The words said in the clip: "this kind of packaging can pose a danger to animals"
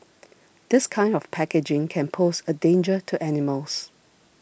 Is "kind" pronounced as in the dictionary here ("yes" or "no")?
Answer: yes